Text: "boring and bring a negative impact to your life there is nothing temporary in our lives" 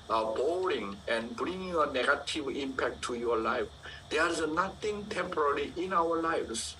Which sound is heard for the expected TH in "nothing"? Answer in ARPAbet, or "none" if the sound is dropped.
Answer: T